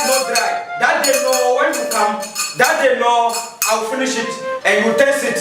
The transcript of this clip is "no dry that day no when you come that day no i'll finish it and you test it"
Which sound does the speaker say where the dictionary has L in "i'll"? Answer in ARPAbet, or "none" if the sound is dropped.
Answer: W